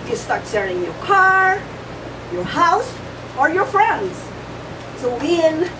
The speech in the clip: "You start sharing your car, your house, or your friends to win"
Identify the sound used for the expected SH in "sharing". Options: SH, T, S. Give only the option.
S